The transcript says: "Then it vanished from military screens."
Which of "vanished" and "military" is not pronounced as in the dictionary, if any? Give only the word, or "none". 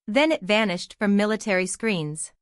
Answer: none